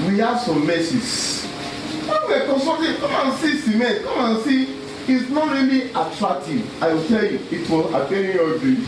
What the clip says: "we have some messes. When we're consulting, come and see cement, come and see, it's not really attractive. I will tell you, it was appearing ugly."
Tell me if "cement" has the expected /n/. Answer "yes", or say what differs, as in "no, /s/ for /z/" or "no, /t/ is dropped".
no, /n/ is dropped